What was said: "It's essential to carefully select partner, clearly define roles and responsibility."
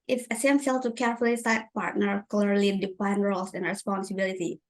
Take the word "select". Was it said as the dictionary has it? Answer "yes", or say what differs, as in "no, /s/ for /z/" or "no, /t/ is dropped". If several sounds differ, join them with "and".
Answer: no, /l/ is dropped and /k/ is dropped